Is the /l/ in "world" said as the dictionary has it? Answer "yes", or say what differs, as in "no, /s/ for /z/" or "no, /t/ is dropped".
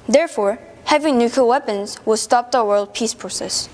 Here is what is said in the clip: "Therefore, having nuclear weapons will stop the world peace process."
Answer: yes